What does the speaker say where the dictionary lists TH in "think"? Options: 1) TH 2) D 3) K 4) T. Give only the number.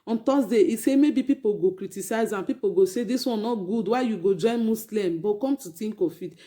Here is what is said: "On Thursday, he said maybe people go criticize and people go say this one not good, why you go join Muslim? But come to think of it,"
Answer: 4